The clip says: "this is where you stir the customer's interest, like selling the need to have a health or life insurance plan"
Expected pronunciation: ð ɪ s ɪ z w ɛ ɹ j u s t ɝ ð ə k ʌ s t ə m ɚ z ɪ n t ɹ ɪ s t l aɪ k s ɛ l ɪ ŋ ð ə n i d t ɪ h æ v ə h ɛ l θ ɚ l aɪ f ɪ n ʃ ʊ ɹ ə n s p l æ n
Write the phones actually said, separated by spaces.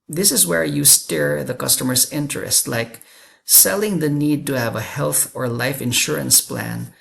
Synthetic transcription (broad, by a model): ð ɪ s ɪ z w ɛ ɹ j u s t ɝ ð ə k ʌ s t ə m ɚ z ɪ n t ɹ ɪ s t l aɪ k s ɛ l ɪ ŋ ð ə n i d t ɪ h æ v ə h ɛ l θ ɚ l aɪ f ɪ n ʃ ʊ ɹ ə n s p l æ n